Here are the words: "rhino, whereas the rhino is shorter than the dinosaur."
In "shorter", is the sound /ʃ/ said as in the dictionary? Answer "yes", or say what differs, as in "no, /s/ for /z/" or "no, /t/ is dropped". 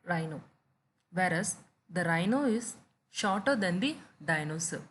yes